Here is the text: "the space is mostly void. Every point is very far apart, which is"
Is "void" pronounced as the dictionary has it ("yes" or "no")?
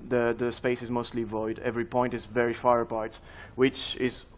yes